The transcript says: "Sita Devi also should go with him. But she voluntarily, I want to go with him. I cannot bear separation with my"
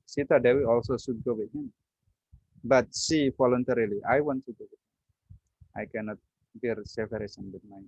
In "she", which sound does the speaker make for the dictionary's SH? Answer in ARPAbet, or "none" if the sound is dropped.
S